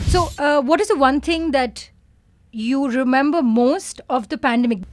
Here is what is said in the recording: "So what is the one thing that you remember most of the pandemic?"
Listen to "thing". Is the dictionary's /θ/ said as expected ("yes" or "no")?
no